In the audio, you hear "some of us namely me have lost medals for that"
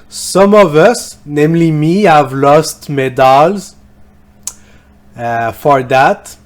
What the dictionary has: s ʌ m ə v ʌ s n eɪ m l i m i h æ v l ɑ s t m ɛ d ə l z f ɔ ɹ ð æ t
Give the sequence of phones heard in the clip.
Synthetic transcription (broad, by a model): s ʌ m ə v ʌ s n eɪ m l i m i h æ v l ɑ s t m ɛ d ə l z f ɔ ɹ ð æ t